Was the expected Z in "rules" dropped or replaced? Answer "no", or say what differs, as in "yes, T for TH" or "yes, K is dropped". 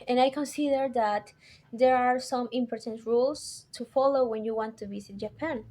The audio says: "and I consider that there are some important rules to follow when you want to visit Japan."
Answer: yes, S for Z